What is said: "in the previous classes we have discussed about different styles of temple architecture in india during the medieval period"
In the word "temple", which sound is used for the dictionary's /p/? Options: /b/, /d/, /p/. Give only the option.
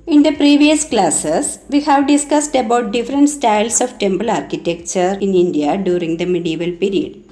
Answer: /b/